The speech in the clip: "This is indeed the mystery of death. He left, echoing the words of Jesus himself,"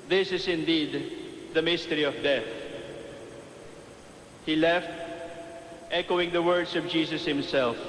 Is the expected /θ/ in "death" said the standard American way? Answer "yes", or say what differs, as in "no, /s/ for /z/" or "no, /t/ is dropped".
yes